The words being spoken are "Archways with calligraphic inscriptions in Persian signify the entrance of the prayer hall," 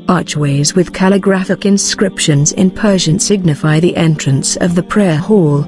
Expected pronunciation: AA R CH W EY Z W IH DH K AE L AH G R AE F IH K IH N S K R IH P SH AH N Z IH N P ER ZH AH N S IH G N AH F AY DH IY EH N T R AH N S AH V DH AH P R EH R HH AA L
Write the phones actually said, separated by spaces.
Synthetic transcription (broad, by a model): AA R CH W EY Z W IH DH K AE L AH G R AE F IH K IH N S K R IH P SH AH N Z IH N P ER ZH AH N S IH G N AH F AY DH IY EH N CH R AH N S AH V DH AH P R EH R HH AA L